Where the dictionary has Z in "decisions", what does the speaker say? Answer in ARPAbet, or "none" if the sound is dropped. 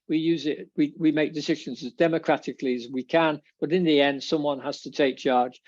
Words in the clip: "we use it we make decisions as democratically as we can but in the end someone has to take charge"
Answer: Z